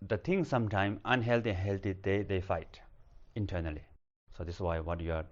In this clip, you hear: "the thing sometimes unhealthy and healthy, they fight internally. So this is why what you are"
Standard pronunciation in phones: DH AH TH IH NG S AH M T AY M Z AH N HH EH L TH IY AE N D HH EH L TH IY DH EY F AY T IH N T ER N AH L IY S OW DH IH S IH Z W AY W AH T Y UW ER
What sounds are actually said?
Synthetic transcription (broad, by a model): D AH T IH NG S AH M T AY M AH N HH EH L T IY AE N HH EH L T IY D EY F AY T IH N T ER N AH L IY S OW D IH S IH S W AY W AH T Y UW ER